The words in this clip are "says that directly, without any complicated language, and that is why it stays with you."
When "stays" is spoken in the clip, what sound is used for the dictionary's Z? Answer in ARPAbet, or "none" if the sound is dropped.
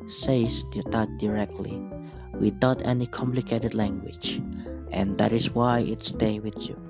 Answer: none